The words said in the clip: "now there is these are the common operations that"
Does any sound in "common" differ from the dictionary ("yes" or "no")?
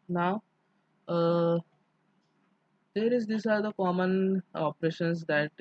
no